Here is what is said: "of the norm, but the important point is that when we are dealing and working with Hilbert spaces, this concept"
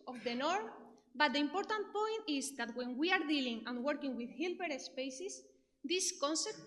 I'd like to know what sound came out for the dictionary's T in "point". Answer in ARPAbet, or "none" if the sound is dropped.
T